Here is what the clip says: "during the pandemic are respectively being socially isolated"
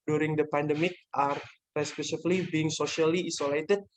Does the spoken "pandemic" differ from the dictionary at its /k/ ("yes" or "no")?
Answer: no